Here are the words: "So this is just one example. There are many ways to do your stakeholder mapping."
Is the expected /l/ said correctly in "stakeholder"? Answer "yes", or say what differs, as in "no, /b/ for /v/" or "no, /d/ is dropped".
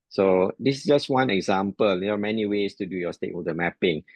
no, /l/ is dropped